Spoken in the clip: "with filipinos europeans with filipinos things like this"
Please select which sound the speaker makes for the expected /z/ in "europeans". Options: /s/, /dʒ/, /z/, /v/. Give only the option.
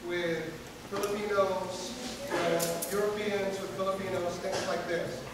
/z/